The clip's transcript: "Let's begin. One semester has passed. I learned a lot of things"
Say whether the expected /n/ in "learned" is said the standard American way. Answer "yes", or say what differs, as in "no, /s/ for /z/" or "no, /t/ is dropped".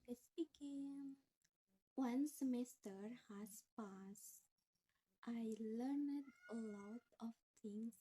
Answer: yes